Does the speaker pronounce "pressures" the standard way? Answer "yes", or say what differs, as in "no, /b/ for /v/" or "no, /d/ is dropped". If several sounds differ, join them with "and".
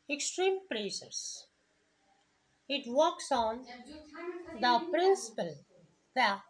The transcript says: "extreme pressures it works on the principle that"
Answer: no, /s/ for /ʃ/